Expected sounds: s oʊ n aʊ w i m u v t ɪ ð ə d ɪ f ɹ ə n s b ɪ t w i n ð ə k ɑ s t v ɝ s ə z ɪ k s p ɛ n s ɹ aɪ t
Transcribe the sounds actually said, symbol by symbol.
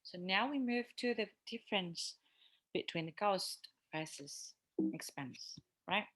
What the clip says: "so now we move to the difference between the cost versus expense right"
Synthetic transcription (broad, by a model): s oʊ n aʊ w i m u v t ɪ ð ə d ɪ f ɹ ə n s b ɪ t w i n ð ə k ɑ s t f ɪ s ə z ɪ k s p ɛ n s ɹ aɪ t